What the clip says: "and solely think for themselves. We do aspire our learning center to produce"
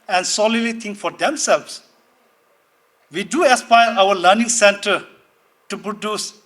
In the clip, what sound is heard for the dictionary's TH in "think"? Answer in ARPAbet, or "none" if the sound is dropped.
T